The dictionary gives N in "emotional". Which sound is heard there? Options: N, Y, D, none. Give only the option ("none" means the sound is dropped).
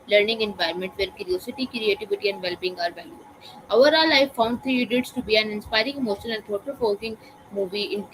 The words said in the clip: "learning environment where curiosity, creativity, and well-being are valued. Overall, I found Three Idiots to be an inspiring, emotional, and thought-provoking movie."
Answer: none